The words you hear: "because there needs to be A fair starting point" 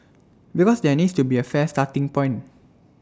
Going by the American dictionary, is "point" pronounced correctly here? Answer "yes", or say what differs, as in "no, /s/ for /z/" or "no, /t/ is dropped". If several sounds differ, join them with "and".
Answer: no, /t/ is dropped